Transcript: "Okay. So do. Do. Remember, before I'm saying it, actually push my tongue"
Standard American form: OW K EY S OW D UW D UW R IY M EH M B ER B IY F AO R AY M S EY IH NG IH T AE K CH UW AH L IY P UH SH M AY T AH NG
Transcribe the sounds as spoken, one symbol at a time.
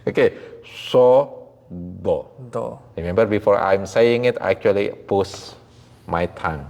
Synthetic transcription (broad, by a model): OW K EY S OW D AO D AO R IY M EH M B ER B IY F AO R AY M S EY IH NG IH T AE K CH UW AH L IY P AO S M AY T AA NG